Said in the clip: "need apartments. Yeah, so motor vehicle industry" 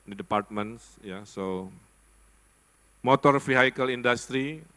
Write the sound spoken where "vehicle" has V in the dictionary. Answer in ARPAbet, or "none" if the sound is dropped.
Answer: F